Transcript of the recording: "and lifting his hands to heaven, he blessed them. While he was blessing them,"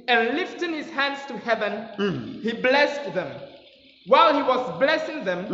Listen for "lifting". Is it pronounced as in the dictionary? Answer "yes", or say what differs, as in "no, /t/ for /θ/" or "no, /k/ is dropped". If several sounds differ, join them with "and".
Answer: yes